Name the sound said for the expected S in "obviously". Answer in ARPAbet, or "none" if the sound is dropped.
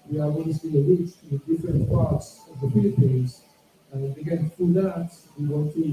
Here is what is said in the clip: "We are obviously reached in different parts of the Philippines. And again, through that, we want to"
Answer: none